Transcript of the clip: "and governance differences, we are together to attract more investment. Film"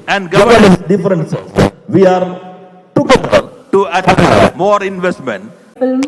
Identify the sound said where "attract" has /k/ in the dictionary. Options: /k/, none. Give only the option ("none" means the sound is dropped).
none